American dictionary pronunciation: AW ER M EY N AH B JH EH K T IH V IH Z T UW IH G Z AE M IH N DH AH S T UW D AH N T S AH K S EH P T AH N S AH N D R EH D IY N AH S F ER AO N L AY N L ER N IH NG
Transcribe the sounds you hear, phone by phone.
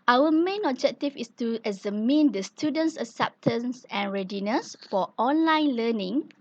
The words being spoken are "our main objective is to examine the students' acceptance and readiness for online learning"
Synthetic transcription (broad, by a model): AW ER M EY N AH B JH EH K T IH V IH S T UW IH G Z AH M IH N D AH S T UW D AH N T S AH S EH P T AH N S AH N R EH D IY N AH S F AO AO N L AY N L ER N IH NG